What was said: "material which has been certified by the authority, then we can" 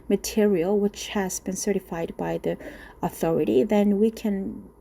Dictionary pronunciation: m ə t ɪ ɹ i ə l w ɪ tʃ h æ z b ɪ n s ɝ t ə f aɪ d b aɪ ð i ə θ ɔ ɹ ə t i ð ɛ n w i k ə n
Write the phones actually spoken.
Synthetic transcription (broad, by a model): m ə t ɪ ɹ i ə l w ɪ tʃ h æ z b ɪ n s ɝ t ə f aɪ d b aɪ ð i ə θ ɔ ɹ ə t i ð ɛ n w i k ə n